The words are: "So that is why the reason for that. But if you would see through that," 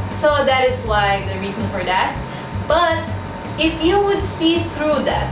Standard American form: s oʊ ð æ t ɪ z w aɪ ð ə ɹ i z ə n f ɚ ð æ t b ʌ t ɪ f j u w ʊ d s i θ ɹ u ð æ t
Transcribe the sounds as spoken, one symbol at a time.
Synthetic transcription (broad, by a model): s oʊ ð æ t ɪ z w aɪ ð ə ɹ i z ə n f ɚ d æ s b ʌ t ɪ f j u w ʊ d s i θ ɹ u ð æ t